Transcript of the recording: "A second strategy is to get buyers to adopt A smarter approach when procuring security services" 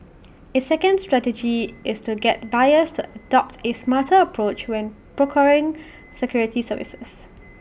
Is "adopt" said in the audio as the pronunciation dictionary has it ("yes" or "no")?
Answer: yes